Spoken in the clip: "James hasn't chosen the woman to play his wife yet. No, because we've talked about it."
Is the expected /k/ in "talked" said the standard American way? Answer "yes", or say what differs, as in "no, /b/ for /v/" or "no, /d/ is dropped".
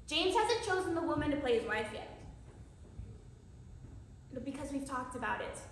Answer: yes